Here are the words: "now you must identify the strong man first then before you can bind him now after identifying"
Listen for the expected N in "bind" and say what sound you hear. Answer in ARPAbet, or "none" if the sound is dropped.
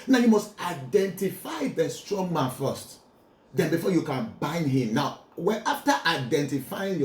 N